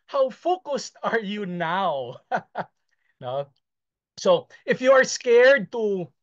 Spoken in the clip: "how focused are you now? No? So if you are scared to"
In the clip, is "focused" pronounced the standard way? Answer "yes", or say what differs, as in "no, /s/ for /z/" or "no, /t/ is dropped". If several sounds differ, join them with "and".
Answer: yes